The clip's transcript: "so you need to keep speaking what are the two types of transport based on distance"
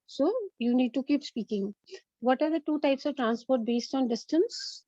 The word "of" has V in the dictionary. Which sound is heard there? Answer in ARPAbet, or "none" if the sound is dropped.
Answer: V